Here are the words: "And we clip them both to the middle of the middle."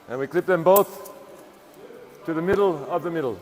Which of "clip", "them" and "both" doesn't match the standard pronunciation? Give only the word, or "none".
none